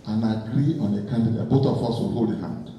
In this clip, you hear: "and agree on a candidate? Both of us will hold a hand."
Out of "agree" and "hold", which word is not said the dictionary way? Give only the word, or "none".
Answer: hold